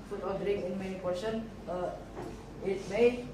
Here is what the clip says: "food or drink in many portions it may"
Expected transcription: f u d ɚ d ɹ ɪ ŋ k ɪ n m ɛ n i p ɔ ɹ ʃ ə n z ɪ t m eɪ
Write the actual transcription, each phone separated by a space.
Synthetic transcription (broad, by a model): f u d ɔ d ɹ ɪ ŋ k ɪ n m ɛ n i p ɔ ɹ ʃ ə n ɪ t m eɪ